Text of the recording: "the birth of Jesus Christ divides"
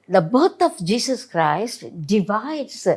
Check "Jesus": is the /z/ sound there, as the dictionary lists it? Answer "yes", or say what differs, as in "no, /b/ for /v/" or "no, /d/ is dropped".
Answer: no, /s/ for /z/